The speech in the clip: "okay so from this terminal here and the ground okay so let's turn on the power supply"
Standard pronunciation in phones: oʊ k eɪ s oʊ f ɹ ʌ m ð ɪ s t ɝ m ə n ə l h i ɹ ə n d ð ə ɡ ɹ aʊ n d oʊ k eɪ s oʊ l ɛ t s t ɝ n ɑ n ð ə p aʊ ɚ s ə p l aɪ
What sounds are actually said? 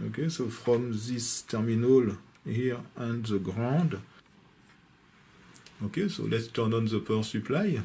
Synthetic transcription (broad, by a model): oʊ k eɪ s oʊ f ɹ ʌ m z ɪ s t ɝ m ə n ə l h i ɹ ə n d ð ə ɡ ɹ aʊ d oʊ k eɪ s oʊ l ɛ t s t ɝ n ɑ n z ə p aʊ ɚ s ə p l aɪ